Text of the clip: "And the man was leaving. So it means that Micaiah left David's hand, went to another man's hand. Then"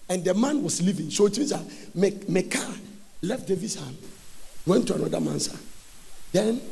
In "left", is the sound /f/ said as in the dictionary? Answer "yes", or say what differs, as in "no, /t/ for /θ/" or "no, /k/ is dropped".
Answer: yes